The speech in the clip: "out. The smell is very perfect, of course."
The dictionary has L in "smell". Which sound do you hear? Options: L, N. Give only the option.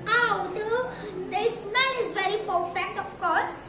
N